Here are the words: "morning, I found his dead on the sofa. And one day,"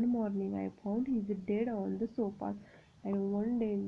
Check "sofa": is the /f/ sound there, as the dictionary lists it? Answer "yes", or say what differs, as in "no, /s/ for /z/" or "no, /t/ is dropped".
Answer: no, /p/ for /f/